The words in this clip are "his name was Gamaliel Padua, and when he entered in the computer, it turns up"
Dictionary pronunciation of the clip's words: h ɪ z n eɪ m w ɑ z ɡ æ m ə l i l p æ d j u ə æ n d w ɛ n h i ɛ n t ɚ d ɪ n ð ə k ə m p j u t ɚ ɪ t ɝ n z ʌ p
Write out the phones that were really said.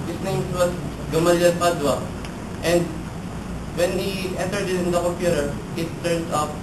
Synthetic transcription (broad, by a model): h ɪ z n eɪ m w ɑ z ɡ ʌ m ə l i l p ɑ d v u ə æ n d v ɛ n h i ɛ n t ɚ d ɪ n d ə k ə p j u t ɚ ɪ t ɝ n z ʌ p